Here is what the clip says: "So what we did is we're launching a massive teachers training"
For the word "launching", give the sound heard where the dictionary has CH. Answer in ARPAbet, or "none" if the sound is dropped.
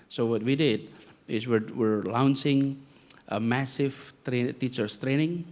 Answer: S